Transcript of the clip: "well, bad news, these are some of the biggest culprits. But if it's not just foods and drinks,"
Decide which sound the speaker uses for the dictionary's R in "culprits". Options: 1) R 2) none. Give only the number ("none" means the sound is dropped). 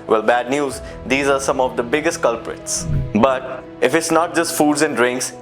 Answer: 1